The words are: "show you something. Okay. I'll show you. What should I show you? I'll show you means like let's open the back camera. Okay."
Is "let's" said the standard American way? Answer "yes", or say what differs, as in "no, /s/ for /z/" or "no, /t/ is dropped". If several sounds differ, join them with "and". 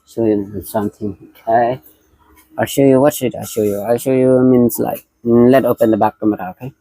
no, /s/ is dropped